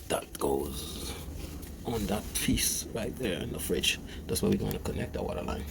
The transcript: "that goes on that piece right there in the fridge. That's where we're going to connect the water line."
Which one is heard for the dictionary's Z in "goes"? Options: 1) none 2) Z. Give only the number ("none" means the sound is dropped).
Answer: 2